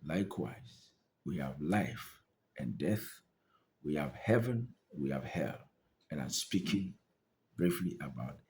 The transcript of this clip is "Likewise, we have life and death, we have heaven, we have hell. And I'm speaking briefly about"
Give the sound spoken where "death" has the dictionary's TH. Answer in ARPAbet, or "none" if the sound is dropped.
TH